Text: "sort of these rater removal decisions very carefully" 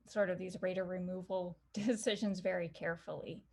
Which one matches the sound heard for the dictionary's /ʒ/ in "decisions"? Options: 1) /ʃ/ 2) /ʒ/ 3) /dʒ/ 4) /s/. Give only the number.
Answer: 2